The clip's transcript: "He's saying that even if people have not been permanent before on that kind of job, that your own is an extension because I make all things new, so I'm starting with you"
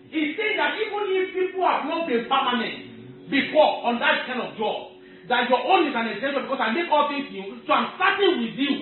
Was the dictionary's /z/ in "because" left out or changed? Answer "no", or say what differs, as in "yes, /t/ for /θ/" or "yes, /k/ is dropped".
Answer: yes, /s/ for /z/